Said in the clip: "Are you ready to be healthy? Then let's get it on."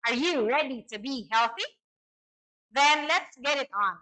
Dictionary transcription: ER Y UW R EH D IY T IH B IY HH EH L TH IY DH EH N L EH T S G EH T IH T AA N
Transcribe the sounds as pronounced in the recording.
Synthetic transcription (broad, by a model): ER Y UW R EH D IY T IH B IY HH EH L TH IY DH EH N L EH T S G EH T IH T N